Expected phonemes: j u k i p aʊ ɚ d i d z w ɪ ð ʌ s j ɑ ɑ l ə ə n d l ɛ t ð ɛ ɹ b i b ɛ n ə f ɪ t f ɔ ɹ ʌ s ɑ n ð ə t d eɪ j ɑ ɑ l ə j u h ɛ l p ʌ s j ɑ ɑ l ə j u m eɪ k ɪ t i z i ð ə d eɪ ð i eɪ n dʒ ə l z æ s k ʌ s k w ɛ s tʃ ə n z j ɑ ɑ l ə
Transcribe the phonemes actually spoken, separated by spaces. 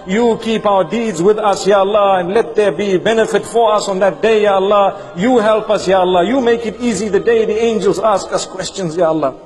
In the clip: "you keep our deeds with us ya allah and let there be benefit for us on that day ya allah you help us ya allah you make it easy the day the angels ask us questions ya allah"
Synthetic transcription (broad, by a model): j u k i p aʊ ɚ d i d z w ɪ ð ʌ s j ɑ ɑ l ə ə n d l ɛ t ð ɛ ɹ b i b ɛ n ə f ɪ t f ɔ ɹ ʌ s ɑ n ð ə t d eɪ j ɑ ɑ l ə j u h ɛ l p ʌ s j ɑ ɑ l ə j u m eɪ k ɪ t i z i ð ə d eɪ ð i eɪ n dʒ ə l z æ s k ʌ s k w ɛ s tʃ ə n z j ɑ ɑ l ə